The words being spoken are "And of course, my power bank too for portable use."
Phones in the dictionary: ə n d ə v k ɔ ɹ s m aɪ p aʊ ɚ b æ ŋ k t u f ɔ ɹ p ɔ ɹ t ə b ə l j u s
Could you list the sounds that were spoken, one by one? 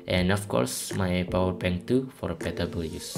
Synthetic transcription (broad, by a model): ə n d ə f k ɔ ɹ s m aɪ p aʊ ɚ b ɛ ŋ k t u f ɔ ɹ b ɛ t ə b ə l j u s